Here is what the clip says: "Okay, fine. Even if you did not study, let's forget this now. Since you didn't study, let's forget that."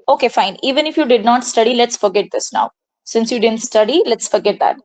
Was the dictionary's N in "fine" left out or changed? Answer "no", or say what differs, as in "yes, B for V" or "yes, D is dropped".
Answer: no